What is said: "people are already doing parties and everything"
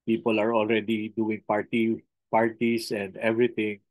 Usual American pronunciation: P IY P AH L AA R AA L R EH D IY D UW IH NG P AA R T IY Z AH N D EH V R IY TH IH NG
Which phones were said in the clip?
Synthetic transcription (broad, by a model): P IY P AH L AA R AA L R EH D IY D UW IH NG P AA R T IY S AH N D EH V R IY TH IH NG